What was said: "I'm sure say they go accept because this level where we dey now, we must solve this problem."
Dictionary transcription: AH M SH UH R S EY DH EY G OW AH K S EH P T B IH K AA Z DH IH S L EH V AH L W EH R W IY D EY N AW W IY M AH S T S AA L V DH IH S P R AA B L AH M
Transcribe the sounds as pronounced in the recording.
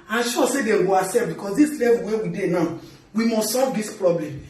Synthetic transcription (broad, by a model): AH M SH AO S EY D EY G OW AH S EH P B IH K AA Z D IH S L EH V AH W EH W IY D EY N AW W IY M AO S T S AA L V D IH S P R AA B L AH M